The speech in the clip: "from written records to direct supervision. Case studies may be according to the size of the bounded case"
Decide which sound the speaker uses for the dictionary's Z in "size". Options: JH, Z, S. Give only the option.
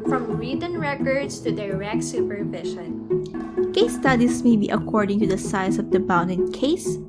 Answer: S